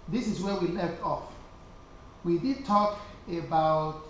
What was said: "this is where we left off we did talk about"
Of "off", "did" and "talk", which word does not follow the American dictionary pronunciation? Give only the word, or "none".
none